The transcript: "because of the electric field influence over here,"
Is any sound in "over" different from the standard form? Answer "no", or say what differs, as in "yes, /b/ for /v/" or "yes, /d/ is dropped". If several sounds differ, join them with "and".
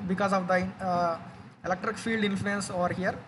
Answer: no